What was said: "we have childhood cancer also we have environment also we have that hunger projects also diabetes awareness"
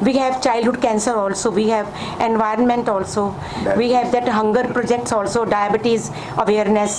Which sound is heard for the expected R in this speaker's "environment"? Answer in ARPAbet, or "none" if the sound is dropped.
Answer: R